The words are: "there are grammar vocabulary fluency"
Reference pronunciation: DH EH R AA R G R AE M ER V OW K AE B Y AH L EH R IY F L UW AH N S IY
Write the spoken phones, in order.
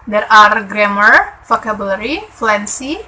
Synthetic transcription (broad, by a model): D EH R AA R G R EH M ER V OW K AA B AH L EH R IY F L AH N S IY